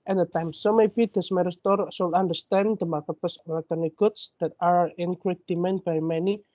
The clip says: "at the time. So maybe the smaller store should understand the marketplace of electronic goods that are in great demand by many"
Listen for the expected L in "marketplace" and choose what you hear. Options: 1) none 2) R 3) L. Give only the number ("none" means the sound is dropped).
1